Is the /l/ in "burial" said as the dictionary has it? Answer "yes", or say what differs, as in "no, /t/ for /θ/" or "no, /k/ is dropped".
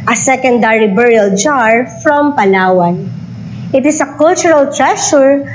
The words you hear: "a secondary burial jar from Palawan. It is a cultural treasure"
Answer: yes